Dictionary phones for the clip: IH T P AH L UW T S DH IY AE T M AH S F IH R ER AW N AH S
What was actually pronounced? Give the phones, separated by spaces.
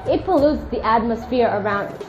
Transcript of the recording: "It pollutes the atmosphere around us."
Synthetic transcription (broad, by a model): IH T P AH L UW T S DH IY AE T M AH S F IH R ER AW N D